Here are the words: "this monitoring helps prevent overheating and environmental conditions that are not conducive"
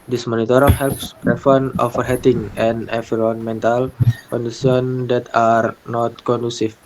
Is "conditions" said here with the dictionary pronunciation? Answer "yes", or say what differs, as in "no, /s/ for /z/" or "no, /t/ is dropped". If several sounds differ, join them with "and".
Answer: no, /s/ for /ʃ/